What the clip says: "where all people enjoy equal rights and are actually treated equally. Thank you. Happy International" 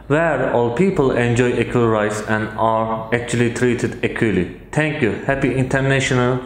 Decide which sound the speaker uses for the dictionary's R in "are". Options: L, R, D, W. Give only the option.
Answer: R